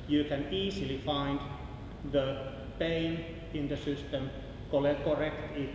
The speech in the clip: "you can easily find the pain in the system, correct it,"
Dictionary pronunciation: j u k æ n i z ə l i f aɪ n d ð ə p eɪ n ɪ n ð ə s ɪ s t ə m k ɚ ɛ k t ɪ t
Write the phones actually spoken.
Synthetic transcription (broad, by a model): j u k æ n i s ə l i f aɪ n d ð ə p eɪ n ɪ n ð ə s ɪ s t ə m k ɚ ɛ k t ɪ t